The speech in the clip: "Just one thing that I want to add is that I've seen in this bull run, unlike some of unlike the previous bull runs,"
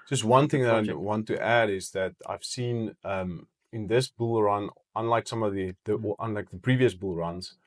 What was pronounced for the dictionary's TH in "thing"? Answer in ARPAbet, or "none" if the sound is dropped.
TH